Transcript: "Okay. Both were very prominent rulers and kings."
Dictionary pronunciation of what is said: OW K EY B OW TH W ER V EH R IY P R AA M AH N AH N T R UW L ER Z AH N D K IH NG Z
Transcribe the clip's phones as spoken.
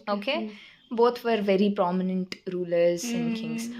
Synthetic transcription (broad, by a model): OW K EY B OW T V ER V EH R IY P R AA M AH N AH N T R UW L ER Z AH N D K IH NG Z